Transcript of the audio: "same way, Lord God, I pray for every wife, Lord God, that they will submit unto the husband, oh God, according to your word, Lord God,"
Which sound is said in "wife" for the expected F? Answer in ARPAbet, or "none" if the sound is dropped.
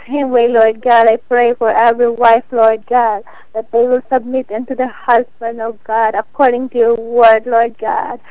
F